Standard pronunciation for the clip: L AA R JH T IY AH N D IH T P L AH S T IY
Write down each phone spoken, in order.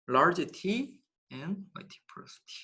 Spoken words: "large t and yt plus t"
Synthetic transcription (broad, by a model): L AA R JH T IY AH N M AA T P AH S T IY